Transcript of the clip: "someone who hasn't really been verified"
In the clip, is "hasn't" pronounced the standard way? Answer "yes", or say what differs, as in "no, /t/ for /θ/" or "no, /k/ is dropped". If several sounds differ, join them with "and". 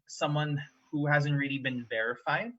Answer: yes